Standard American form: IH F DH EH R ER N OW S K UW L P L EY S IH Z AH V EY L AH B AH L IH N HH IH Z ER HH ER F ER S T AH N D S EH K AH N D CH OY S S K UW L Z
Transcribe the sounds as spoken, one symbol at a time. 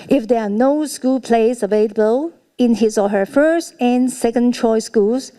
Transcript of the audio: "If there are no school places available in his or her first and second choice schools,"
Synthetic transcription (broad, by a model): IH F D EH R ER N OW S K UW L P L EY IH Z AH V EY L AH B AH L IH N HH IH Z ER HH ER F ER S T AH N S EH K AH N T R OY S S K UW L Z